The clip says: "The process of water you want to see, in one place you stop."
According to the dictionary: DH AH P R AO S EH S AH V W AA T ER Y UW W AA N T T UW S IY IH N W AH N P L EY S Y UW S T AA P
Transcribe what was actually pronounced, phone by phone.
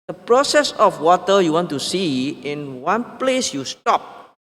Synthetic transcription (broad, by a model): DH AH P R AO S EH S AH F W AA T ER Y UW W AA N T T UW S IY IH N W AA N P L EY S Y UW S T AA P